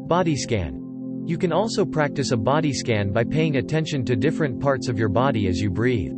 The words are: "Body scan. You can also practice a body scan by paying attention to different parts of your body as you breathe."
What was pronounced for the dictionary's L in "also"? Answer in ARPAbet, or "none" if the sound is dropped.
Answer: L